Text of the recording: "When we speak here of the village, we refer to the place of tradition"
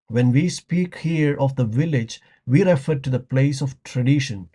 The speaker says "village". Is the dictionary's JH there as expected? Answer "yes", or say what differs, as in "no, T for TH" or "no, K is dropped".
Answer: yes